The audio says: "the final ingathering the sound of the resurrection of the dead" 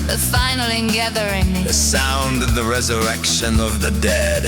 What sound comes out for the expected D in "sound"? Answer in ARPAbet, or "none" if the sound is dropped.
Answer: D